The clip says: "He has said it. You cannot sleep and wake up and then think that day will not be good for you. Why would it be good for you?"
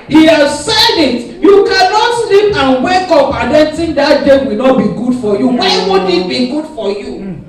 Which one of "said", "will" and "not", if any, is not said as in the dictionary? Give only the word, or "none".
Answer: none